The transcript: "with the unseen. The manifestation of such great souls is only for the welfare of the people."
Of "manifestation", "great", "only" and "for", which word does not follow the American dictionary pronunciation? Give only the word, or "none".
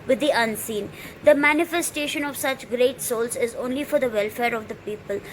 none